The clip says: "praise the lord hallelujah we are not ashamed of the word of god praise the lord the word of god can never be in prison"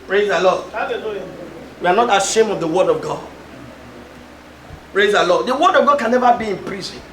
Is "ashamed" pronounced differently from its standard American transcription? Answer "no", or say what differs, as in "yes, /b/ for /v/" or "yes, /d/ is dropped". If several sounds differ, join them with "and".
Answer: yes, /d/ is dropped